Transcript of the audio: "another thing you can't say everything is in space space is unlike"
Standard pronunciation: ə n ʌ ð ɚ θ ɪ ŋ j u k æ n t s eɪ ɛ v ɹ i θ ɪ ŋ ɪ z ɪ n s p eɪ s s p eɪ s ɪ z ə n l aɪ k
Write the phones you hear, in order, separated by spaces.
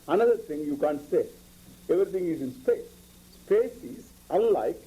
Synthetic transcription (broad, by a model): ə n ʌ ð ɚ t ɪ ŋ j u k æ n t s eɪ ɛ v ɹ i t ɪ ŋ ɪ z ɪ n s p eɪ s s p eɪ s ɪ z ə n l aɪ k